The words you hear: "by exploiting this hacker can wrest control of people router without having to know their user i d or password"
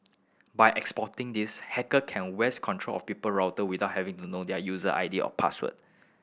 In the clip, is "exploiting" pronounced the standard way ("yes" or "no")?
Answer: no